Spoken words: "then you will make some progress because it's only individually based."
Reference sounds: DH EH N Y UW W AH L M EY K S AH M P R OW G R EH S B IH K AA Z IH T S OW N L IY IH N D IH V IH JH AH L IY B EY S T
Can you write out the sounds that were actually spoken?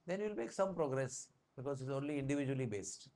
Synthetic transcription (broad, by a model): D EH N Y UW L M EY K S AH M P R OW G R EH S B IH K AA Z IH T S OW N L IY IH N D IH V IH JH AH L IY B EY S T